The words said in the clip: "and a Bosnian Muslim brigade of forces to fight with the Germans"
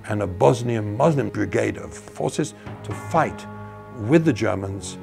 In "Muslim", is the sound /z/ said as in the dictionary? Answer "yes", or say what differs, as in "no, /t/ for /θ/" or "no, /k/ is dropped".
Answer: yes